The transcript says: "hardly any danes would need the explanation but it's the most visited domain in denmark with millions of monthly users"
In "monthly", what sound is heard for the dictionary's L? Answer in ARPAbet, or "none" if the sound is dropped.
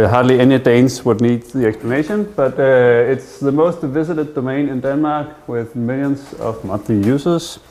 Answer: none